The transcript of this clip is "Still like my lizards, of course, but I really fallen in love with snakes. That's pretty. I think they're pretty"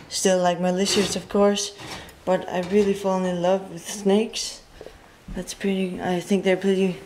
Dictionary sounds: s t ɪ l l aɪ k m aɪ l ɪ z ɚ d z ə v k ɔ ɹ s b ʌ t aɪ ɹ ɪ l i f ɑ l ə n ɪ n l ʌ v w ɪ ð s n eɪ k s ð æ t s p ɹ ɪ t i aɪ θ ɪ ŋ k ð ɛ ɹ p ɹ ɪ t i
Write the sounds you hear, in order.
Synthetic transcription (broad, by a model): s t ɪ l l aɪ k m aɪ l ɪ s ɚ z ə v k ɔ ɹ s b ʌ t aɪ ɹ ɪ l i f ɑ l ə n ɪ n l ʌ v w ɪ ð s n eɪ k s ð æ t s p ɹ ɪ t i aɪ θ ɪ ŋ k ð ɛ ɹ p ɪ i